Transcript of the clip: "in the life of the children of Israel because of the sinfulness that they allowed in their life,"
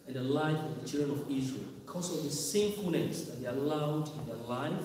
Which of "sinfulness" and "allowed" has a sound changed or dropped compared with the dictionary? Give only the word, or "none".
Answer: sinfulness